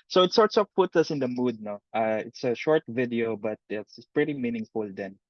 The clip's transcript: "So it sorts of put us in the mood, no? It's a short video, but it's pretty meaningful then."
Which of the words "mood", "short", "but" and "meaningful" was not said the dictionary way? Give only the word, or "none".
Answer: none